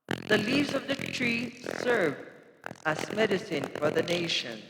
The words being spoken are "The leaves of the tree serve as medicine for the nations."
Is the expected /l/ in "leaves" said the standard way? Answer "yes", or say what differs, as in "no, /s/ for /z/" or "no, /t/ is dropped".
yes